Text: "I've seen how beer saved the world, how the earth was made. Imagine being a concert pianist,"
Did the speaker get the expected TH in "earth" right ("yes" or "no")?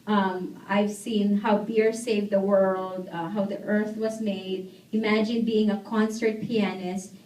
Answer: yes